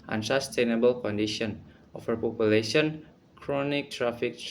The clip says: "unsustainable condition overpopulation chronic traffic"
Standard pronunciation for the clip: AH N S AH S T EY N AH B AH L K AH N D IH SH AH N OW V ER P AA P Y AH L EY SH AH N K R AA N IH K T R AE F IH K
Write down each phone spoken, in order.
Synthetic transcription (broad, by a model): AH N S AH S T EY N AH B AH L K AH N D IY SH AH N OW F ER P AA P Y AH L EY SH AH N K R AA N IH K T R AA F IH K